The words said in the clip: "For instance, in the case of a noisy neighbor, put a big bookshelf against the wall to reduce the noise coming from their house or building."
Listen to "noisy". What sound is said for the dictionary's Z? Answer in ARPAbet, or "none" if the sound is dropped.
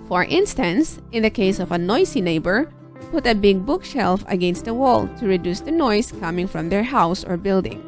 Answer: S